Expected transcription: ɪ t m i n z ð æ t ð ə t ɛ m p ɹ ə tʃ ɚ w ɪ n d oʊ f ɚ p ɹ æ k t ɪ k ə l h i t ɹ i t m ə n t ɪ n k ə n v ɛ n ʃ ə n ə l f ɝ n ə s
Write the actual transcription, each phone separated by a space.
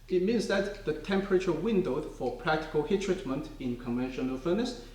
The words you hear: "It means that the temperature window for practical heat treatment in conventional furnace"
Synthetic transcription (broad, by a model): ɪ t m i n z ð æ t ð ə t ɛ m p ɹ ə tʃ ɚ w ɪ n d oʊ f ɚ p ɹ æ k t ɪ k ə l h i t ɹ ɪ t m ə n t ɪ n k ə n v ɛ n ʃ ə n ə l f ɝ n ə s